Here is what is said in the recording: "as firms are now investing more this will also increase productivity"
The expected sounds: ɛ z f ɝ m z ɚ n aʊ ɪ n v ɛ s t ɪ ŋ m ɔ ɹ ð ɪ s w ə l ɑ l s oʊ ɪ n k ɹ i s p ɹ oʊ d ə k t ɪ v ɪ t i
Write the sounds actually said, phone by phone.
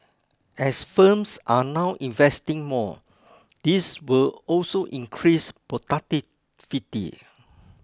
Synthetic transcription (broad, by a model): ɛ s f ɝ m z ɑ n aʊ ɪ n v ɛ s t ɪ ŋ m ɔ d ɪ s w ə l ɑ l s oʊ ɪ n k ɹ i s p oʊ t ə t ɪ f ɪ t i